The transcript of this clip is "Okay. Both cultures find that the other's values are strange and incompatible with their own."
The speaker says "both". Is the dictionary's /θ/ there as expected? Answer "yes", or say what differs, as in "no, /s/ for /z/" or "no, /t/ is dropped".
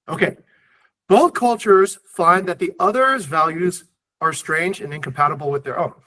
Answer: yes